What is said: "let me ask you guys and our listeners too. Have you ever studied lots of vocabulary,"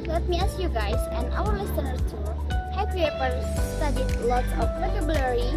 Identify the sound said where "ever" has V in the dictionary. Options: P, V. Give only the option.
P